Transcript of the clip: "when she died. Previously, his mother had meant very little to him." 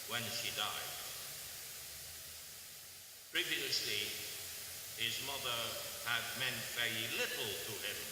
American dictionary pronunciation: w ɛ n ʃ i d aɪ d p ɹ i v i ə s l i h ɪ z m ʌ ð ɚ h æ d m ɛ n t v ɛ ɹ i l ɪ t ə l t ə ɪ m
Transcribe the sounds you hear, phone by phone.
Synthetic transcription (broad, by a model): w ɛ n ʃ i d aɪ d p ɹ i v i ə s l i h ɪ z m ʌ ð ɚ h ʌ d m ɛ n t v ɛ ɹ i l ɪ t l t ə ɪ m